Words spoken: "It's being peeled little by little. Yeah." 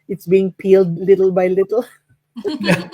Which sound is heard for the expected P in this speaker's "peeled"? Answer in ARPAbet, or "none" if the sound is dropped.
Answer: P